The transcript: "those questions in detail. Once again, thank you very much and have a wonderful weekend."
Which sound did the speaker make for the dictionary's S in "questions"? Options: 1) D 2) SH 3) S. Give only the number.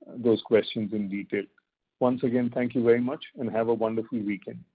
3